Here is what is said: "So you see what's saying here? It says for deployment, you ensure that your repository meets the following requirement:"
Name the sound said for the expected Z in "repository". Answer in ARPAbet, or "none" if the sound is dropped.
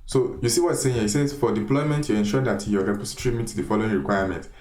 S